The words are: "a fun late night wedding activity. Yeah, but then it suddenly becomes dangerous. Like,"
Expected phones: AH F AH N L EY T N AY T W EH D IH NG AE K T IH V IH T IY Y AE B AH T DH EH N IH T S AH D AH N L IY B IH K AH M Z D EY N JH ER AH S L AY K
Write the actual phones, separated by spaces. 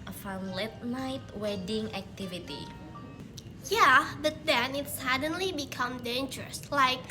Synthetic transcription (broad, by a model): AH F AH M L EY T N AY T W EH D IH NG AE K T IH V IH T IY Y AE B AH T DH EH N IH T S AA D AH N L IY B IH K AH M D EY N JH ER AH S L AY K